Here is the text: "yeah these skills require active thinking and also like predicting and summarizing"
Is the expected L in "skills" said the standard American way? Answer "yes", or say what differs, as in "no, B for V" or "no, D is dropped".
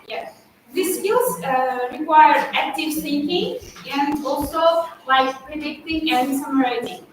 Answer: no, L is dropped